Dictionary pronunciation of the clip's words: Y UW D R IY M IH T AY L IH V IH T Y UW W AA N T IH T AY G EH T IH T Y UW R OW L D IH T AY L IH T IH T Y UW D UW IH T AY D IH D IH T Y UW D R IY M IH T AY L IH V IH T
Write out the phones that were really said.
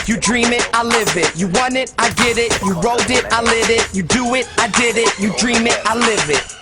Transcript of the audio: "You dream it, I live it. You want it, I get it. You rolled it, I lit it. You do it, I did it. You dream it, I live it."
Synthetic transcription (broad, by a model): Y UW D R IY M IH T AY L IH V IH T Y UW W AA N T IH T AY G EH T IH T Y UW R OW D IH T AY L IH T IH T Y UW D UW IH T AY D IH D IH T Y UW D R IY M IH T AY L IH V IH T